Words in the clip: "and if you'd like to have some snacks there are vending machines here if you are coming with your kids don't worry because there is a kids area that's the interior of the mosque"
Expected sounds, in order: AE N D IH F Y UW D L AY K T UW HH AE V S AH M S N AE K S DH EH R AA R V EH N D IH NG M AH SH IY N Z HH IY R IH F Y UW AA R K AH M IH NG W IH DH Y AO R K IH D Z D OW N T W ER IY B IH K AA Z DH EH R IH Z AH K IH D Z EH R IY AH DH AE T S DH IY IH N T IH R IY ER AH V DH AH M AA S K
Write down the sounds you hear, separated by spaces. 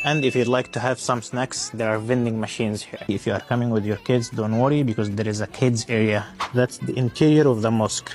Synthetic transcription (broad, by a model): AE N D IH F Y UW D L AY K T UW HH AE V S AH M S N AE K S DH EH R AA R V EH N D IH NG M AH SH IY N Z HH IY R IH F Y UW AA R K AH M IH NG W IH DH Y AO R K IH D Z D OW N T W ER IY B IH K AA Z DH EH R IH Z AH K IH D Z EH R IY AH DH AE T S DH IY IH N T IH R IY ER AH V DH AH M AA S K